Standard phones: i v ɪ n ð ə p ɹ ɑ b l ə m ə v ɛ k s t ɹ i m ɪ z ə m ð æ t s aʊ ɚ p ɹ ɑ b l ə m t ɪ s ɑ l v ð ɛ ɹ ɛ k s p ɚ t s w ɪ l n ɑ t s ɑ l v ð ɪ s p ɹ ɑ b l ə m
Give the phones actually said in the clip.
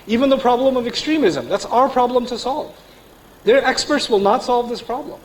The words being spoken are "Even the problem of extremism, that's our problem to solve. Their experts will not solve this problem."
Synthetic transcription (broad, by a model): i v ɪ n ð ə p ɹ ɑ b l ə m ə v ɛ k s t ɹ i m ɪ z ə m ð æ t s aʊ ɚ p ɹ ɑ b l ə m t ɪ s ɑ l v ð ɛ ɹ ɛ k s p ɚ t s w ɪ l n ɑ t s ɑ l v ð ɪ s p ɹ ɑ b l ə m